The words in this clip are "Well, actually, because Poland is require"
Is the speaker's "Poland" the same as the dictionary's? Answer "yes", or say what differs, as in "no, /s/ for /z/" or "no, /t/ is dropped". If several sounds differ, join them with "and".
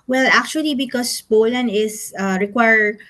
no, /d/ is dropped